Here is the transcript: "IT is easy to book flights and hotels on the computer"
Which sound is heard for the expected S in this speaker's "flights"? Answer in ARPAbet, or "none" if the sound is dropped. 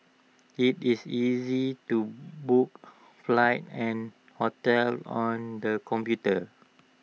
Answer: none